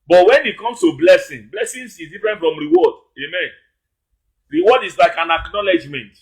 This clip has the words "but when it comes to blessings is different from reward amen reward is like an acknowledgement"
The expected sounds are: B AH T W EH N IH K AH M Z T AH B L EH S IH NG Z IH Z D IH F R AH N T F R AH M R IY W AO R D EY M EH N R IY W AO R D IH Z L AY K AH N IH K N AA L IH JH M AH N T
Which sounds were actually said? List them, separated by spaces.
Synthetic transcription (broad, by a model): B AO T W EH N IH K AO M S T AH B L EH S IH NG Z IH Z D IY F R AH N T F R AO M R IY W AO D EY M EH N R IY W AO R D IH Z L AY K AH N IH K N AA L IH JH M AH N T